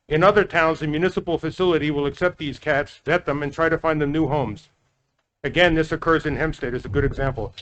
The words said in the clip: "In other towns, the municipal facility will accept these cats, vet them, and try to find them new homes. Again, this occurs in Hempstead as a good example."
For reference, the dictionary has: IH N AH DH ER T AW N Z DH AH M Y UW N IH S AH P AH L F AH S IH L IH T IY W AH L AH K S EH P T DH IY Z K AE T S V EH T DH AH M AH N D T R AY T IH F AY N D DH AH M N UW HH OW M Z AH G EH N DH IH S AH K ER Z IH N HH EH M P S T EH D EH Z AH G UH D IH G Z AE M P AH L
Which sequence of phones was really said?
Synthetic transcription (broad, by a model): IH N AH DH ER T AW N Z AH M Y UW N IH S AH P L F AH S IH L IH T IY W AH L AH K S EH P T DH IY Z K AE T S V EH T DH AH M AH N T R AY T IH F AY N DH AH M N UW HH OW M Z AH G EH N DH IH S AH K ER Z IH N HH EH M S T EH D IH Z AH G UH D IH G Z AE M P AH L